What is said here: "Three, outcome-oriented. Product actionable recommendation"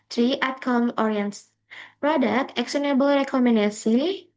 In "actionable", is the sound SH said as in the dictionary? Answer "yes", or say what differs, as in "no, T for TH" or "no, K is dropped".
no, S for SH